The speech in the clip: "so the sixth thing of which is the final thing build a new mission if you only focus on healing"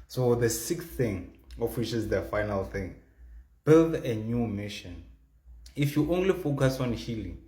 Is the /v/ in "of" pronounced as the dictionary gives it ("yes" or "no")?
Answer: no